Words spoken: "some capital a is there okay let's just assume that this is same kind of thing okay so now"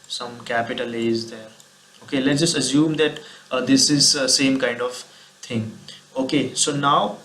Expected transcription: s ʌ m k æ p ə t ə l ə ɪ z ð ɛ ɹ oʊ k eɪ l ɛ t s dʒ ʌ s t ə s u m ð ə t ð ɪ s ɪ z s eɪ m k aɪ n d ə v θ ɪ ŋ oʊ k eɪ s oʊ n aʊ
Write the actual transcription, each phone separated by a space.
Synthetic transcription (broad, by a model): s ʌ m k æ p ə t ə l ə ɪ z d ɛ ɹ oʊ k eɪ l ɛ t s dʒ ʌ s t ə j u m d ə t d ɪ s ɪ z s eɪ m k aɪ n d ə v t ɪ ŋ oʊ k eɪ s oʊ n aʊ